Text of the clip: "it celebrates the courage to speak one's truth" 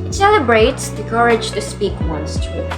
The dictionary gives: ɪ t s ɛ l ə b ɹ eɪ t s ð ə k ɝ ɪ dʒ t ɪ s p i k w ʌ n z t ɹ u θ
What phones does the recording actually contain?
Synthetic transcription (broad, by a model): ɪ t s ɛ l ə b ɹ eɪ t s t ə k ɝ ɪ dʒ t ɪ s p i k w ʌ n s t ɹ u